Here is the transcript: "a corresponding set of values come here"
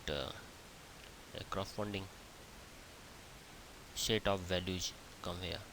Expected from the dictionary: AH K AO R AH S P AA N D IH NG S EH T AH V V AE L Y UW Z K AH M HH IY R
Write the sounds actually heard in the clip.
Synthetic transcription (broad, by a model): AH K R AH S F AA N D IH NG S EH T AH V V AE L Y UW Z K AH M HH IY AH